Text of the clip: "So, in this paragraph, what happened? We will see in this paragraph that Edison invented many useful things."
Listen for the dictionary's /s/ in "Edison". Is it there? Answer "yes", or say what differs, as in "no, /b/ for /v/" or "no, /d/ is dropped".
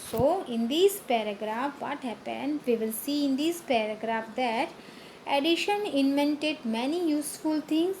no, /ʃ/ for /s/